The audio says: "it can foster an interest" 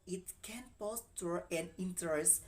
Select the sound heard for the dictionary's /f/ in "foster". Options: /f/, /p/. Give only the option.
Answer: /p/